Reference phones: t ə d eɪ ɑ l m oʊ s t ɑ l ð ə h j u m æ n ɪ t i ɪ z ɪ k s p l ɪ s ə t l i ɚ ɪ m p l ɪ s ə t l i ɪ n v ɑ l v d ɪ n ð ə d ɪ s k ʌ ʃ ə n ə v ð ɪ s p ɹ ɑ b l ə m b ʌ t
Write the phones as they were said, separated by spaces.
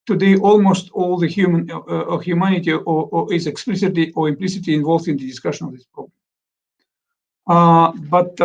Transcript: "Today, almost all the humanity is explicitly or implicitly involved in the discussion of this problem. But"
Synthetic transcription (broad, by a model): t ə d eɪ ɑ l m oʊ s t ɑ l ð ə h j u m æ n ɪ t i ɪ z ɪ k s p l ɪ s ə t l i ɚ ɪ m p l ɪ s ə t l i ɪ n v ɑ l v d ɪ n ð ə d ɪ s k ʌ ʃ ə n ə v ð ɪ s p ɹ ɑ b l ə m b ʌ t